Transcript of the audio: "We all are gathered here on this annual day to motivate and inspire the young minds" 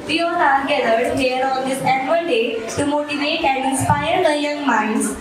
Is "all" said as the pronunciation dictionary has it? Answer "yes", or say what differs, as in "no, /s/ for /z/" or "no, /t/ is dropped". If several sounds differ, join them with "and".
no, /n/ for /l/